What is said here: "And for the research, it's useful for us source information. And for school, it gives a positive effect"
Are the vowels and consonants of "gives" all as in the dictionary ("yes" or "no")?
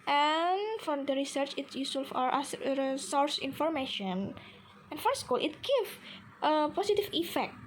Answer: no